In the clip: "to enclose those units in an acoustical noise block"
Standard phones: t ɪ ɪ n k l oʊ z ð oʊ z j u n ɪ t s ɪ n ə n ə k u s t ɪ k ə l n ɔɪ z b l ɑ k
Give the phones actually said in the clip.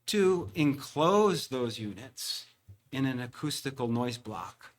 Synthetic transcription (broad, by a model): t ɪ ɪ n k l oʊ z ð oʊ z j u n ɪ t s ɪ n ə n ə k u s t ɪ k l n ɔɪ z b l ɑ k